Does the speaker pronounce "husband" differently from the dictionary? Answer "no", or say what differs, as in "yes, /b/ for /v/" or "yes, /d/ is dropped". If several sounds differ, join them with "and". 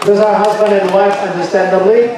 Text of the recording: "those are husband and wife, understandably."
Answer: no